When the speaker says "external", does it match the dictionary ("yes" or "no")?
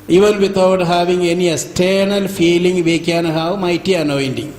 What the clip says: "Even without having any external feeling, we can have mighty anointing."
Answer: no